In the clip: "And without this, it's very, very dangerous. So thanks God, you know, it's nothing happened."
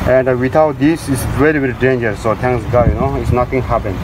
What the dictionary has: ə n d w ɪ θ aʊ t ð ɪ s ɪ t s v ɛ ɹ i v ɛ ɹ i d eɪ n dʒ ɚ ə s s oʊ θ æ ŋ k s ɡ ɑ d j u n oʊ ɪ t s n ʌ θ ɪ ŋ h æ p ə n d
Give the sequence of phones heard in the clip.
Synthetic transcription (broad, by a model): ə n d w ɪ t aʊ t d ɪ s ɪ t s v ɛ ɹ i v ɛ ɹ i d eɪ n dʒ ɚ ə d s oʊ t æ ŋ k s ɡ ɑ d j u n oʊ ɪ t s n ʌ t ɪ ŋ h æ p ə n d